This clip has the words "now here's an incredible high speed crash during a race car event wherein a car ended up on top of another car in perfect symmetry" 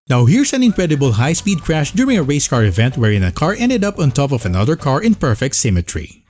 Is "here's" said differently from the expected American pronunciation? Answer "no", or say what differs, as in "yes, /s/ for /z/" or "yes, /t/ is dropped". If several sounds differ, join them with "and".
yes, /s/ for /z/